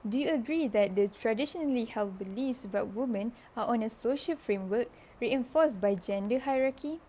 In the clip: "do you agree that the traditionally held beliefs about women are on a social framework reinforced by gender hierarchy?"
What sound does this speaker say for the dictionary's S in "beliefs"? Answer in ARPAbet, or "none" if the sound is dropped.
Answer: S